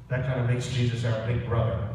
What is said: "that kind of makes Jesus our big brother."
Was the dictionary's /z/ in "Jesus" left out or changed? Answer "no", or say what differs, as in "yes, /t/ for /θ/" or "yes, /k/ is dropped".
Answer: no